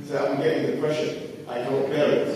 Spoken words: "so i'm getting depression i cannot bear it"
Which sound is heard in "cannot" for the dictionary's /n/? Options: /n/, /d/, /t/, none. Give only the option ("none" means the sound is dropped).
none